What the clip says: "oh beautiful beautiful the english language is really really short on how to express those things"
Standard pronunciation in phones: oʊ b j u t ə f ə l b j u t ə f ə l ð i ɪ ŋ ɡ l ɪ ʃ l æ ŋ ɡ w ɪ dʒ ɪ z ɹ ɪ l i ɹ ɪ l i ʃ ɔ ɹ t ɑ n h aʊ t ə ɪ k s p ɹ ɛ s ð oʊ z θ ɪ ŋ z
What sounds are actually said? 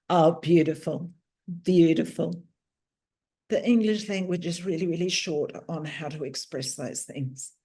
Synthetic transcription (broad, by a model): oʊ b j u t ə f ə l b j u t ə f ə l ð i ɪ ŋ ɡ l ɪ ʃ l æ ŋ ɡ w ɪ dʒ ɪ z ɹ ɪ l i ɹ ɪ l i ʃ ɔ ɹ t n h aʊ t ə ɪ k s p ɹ ɛ s ð oʊ z θ ɪ ŋ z